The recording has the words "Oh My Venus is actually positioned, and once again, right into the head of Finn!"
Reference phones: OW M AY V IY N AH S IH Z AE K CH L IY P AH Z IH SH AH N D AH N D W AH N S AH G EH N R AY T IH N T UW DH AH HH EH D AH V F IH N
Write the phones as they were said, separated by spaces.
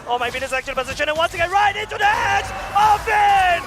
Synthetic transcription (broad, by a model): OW M AY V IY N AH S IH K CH IY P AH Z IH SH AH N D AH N W AH N S AH G EH N R AY T IH N T UW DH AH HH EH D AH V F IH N